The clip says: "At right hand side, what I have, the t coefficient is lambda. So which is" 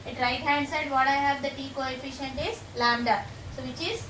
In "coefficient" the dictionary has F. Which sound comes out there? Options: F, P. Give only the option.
F